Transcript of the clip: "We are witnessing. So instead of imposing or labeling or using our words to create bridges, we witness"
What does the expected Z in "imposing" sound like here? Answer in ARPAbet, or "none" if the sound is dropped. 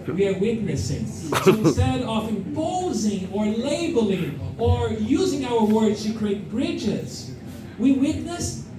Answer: Z